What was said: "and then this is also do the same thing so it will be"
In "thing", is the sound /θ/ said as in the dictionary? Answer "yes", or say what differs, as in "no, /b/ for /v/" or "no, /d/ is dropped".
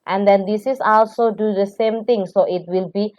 no, /t/ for /θ/